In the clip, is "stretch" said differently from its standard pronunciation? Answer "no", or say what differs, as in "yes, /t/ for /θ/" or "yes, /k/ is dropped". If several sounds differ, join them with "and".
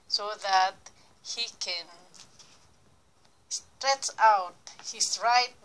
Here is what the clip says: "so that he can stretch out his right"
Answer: no